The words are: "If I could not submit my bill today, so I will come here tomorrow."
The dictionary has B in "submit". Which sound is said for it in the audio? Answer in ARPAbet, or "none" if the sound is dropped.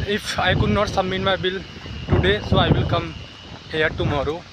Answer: none